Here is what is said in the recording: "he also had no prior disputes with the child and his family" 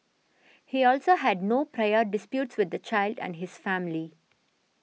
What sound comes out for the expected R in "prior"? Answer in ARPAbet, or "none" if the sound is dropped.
R